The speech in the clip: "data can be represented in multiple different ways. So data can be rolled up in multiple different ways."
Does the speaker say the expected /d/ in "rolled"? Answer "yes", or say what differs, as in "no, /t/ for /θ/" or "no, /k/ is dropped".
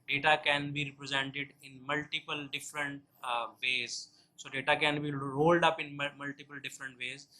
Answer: yes